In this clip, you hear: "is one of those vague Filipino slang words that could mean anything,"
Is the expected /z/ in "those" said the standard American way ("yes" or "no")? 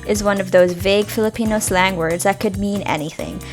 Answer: yes